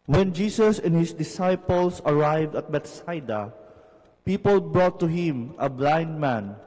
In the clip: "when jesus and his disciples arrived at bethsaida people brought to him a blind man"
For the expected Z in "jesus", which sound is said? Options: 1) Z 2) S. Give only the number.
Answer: 2